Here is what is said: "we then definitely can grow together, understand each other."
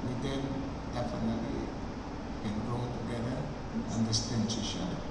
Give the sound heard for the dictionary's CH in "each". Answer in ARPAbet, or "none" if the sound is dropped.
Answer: SH